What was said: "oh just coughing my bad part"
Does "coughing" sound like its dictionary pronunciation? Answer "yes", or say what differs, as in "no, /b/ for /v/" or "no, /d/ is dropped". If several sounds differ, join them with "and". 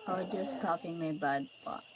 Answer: no, /p/ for /f/